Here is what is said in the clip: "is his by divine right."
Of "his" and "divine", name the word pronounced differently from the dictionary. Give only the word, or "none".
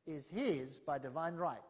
none